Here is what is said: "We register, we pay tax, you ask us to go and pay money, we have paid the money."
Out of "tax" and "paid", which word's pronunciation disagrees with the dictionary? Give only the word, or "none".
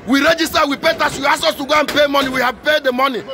tax